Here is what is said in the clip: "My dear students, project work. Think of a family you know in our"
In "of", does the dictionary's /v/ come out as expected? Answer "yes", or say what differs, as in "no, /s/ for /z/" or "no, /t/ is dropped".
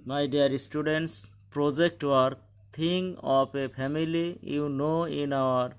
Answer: no, /p/ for /v/